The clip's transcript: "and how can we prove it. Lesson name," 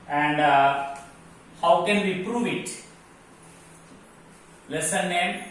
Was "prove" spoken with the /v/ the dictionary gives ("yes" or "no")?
yes